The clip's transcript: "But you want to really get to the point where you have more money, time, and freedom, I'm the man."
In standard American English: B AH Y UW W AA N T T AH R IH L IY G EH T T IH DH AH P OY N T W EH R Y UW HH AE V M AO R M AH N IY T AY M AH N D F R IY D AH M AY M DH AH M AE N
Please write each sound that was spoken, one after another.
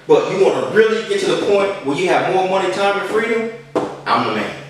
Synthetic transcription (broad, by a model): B AH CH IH W AA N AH R IH L IY G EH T T IH DH AH P OY N T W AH L Y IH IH V M AO R M AH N IY T AY M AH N F R IY D AH M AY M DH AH M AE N